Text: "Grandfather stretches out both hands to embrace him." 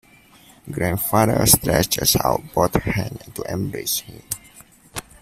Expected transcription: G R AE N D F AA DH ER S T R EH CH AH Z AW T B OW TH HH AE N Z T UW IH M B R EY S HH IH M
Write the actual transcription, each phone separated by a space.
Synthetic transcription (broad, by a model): G R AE N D F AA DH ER S T R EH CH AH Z AW T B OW T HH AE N T UW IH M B R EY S HH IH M